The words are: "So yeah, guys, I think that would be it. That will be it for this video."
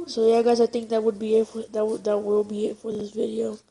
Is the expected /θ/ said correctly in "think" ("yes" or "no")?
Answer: no